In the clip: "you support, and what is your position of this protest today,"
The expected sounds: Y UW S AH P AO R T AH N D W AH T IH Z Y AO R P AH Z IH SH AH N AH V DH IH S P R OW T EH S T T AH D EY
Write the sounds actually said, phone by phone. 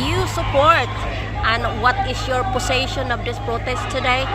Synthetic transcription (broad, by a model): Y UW S AH P AO R T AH N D W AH T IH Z Y AO R P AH S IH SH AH N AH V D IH S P R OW T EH S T T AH D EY